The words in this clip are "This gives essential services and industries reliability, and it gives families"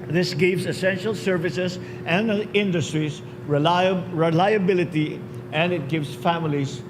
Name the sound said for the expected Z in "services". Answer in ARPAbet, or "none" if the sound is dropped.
S